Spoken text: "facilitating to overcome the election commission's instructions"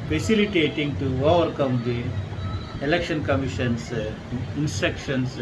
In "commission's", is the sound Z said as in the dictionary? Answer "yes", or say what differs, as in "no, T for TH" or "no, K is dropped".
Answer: no, S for Z